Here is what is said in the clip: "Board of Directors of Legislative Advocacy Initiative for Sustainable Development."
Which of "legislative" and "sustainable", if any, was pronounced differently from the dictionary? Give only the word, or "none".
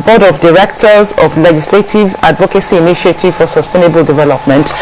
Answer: none